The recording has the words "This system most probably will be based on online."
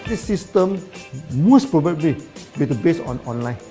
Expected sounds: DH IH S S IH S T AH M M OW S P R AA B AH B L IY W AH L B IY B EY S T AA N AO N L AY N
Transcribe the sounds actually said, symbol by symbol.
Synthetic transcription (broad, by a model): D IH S S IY S T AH M M OW S P R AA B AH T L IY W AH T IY B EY S AA N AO N L AY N